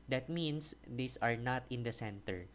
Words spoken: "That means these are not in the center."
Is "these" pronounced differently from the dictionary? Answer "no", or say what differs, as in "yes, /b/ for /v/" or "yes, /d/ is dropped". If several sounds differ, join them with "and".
yes, /s/ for /z/